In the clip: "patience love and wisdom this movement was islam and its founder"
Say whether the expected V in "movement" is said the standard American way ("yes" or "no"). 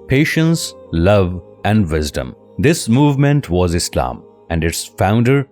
yes